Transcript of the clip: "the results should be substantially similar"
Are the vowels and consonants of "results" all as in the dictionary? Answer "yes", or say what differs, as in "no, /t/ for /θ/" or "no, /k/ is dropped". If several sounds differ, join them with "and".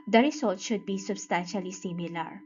no, /s/ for /z/